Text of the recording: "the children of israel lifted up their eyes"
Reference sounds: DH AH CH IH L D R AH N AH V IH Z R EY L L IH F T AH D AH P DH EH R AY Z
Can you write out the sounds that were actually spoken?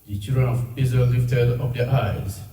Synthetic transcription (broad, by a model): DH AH CH IH L D R AH N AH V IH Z AH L L IH F T AH D AH P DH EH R AY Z